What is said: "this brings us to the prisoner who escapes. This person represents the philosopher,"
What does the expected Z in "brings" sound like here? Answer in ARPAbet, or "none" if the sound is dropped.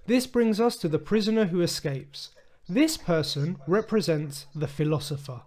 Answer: Z